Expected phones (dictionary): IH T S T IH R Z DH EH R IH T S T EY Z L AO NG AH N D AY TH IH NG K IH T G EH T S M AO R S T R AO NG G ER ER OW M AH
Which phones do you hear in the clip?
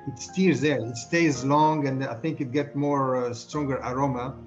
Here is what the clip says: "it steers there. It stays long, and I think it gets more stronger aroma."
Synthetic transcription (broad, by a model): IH T S T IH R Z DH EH R IH T S T EY Z L AO NG AH N D AY TH IH NG K IH T G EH T M AO R S T R AO NG G ER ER OW M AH